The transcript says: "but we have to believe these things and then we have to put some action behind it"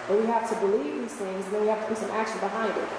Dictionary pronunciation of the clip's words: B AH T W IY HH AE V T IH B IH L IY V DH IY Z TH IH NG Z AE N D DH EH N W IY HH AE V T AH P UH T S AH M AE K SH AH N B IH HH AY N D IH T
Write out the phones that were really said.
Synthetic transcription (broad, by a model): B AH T W IY HH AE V T IH B IH L IY V DH IY Z TH IH NG Z N DH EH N W IY HH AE F T AH B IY S AH M AE K SH AH N B IH HH AY N D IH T